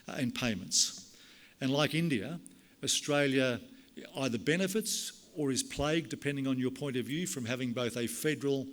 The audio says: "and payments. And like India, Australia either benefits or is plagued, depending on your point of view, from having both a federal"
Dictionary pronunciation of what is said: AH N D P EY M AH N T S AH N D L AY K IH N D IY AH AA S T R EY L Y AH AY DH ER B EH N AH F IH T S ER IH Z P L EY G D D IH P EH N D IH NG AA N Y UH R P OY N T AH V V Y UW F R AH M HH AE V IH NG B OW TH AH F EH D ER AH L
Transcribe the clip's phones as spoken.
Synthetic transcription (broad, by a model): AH N P EY M AH N T S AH N L AY K IH N D IY AH AA S T R EY L Y AH AY DH ER B EH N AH F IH T S ER IH Z P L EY G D D IH P EH N D IH NG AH N Y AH R P OY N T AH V V Y UW F R AH M HH AE V IH NG B OW TH AH F EH D ER L